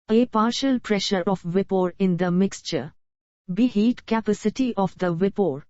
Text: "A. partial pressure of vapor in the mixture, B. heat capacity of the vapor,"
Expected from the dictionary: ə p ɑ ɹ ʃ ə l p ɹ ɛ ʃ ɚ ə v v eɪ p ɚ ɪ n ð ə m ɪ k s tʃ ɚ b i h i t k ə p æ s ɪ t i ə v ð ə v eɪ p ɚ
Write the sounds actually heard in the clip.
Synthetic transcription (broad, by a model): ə p ɑ ɹ ʃ ə l p ɹ ɛ ʃ ɚ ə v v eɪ p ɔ ɪ n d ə m ɪ k s tʃ ɚ b i h i t k ə p æ s ɪ t i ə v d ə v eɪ p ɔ